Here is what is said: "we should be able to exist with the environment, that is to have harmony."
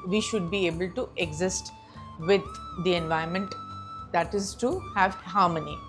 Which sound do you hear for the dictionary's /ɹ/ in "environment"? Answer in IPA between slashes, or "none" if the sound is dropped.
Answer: none